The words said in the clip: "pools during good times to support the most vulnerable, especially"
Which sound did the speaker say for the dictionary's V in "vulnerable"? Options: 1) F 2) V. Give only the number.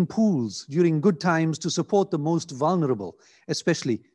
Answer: 2